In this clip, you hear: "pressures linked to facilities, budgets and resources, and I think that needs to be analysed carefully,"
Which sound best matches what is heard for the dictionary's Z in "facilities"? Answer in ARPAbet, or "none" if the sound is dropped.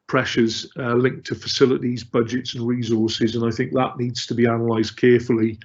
Z